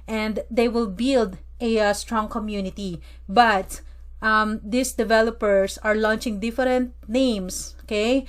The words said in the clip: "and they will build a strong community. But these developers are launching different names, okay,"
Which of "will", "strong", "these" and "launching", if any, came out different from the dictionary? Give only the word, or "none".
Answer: these